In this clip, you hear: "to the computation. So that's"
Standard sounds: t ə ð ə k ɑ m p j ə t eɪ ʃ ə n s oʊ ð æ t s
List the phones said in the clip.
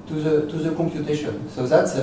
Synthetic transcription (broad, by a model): t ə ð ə k ɑ m p j ə t eɪ ʃ ə n s oʊ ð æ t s